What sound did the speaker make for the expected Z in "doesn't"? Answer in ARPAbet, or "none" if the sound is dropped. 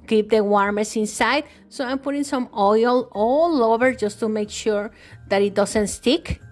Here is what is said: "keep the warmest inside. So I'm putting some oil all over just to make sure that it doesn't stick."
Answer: S